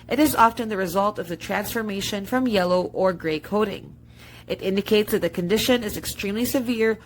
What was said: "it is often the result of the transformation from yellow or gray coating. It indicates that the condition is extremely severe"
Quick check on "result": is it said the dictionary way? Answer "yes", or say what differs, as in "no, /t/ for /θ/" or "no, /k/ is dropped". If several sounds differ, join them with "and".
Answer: yes